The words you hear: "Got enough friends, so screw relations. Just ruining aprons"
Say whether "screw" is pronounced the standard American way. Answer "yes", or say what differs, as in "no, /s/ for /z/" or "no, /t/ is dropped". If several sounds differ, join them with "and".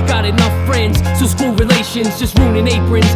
no, /ɹ/ is dropped